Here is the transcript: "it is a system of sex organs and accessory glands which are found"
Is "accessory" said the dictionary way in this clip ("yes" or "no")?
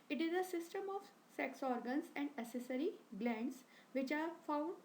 no